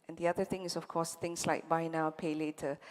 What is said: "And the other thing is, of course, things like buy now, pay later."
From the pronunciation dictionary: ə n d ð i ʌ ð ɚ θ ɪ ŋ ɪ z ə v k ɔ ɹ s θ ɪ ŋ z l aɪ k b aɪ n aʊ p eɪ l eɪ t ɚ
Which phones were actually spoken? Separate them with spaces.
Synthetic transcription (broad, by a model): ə n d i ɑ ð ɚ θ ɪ ŋ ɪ s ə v k ɔ s t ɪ ŋ s l aɪ k b aɪ n aʊ p eɪ l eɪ t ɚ